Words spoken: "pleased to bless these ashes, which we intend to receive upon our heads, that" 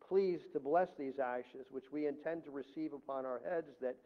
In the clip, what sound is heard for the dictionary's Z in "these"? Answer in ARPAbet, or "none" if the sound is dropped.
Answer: Z